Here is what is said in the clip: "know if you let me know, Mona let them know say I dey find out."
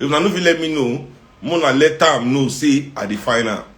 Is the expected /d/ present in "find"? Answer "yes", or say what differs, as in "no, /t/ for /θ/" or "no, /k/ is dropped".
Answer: no, /d/ is dropped